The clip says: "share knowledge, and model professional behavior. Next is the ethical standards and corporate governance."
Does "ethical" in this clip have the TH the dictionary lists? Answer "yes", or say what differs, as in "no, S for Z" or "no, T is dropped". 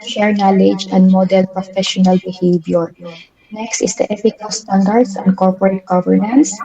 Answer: no, F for TH